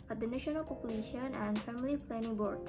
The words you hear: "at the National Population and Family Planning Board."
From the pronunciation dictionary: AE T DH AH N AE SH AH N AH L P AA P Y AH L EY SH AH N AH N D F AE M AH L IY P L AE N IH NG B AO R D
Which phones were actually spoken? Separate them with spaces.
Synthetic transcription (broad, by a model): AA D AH N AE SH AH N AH L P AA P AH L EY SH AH N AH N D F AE M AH L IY F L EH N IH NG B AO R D